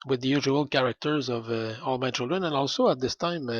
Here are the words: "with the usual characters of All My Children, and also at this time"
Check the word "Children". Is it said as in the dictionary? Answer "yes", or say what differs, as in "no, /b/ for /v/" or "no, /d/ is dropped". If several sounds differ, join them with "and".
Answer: yes